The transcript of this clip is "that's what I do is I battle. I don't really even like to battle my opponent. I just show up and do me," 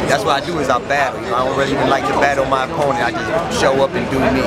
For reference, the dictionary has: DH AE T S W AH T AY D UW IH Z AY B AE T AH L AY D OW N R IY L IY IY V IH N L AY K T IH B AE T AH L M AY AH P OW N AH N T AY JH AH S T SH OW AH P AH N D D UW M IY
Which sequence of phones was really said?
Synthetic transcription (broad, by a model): DH AE T S W AH T AY D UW IH Z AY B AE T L AY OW L R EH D IY IY V IH N L AY K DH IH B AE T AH N M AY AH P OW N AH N AY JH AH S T SH OW AH P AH N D D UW M IY